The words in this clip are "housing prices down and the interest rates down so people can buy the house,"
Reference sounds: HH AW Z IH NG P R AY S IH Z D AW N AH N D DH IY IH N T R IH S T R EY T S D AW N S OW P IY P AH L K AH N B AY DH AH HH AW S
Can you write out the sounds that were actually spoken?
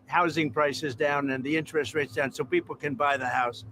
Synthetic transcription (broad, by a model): HH AW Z IH NG P R AY S IH Z D AW N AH N DH IY IH N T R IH S T R EY T S D AW N S OW P IY P L K AH N B AY DH AH HH AW S